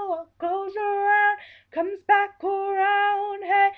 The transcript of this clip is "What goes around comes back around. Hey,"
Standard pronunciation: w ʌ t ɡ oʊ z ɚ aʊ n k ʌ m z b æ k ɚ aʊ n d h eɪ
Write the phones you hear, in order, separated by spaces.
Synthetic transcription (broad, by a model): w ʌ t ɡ oʊ z ɚ aʊ n k ʌ m z b æ k ɚ aʊ n d h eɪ